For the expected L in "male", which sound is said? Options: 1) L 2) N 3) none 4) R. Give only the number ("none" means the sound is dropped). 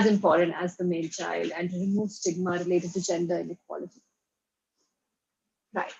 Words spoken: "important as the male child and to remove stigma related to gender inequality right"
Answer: 2